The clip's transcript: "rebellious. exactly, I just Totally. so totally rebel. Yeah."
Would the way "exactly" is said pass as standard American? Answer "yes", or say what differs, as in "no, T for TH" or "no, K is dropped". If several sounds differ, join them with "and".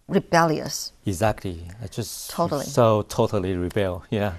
yes